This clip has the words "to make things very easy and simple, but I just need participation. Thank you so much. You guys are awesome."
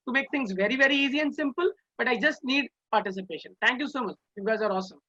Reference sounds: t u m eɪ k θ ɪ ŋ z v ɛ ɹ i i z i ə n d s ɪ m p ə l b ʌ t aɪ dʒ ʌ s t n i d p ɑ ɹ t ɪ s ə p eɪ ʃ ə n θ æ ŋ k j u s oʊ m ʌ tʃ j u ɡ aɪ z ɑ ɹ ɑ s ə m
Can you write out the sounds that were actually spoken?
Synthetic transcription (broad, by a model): t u m eɪ k t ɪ ŋ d v ɛ ɹ i i z i ə n d s ɪ m p ə l b ʌ t aɪ dʒ ʌ s t n i d p ɑ ɹ t ɪ s ə p eɪ ʃ ə n t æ ŋ k j u s oʊ m ʌ tʃ j u ɡ aɪ z ɑ ɹ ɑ s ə m